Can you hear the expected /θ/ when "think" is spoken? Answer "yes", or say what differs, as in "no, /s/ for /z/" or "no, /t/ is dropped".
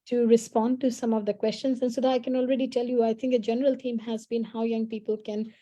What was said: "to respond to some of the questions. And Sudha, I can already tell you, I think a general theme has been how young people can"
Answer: no, /t/ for /θ/